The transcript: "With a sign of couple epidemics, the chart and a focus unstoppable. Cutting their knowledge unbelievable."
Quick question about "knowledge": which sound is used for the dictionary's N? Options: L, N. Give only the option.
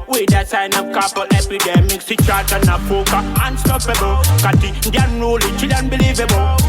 L